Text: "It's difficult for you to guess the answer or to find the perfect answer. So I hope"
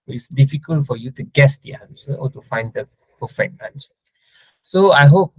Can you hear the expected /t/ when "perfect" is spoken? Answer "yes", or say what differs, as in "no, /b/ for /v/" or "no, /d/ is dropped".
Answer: no, /t/ is dropped